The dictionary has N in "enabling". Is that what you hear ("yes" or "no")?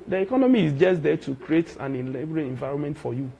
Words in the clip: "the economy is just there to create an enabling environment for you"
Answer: no